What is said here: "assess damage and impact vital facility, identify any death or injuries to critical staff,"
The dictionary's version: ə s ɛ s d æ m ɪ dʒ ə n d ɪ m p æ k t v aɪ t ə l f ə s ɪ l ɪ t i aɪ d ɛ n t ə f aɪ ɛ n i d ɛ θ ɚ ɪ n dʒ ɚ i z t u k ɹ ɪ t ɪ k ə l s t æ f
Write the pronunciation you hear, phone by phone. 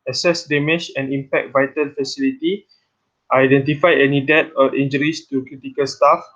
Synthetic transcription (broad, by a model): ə s ɛ s d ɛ m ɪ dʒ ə n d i m p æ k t v aɪ t ə l f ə s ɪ l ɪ t i aɪ d ɛ n t ə f aɪ ɛ n i d ɛ t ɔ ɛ n dʒ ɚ i s t u k ɹ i t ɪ k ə l s t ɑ f